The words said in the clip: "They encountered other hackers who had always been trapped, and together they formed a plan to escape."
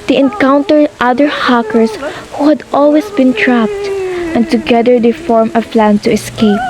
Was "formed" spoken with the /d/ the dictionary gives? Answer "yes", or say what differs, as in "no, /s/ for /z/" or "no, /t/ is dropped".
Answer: no, /d/ is dropped